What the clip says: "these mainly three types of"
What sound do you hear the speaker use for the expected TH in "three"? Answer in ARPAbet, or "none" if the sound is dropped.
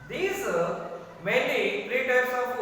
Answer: F